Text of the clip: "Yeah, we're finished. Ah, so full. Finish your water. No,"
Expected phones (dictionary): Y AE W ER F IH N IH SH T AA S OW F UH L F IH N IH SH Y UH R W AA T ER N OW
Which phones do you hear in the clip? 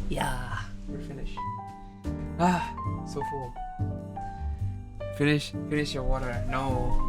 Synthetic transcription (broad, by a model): Y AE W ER F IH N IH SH AA S OW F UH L F IH N IH SH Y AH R W AA T ER N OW